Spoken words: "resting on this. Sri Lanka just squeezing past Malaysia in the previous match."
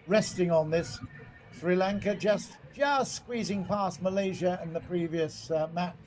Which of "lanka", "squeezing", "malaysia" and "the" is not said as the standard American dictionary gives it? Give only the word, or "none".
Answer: none